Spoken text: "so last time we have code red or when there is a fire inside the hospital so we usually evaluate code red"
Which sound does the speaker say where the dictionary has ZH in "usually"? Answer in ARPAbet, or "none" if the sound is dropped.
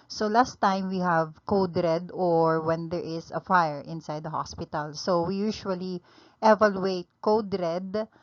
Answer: SH